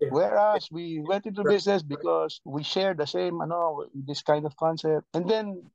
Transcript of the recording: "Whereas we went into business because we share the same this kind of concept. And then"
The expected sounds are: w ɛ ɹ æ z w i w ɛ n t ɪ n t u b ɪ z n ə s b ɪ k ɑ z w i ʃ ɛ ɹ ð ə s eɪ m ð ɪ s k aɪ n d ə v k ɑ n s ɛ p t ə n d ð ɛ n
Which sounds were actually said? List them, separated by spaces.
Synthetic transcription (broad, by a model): w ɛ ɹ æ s w i w ɛ n t ɪ n t u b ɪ s n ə s b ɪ k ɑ s w i ʃ ɛ ɹ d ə s eɪ m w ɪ s k aɪ n d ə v k ɑ n s ɛ p t ə n d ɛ n